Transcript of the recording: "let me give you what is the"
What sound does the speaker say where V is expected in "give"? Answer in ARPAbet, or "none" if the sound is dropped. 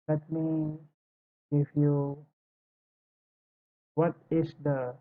F